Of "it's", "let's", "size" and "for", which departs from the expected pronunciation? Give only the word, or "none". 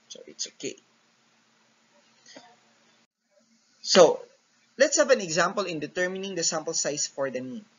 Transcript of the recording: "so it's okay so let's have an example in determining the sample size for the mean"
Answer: size